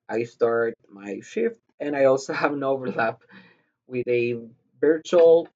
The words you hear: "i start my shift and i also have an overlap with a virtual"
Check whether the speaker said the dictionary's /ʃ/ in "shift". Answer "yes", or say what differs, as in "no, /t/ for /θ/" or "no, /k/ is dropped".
yes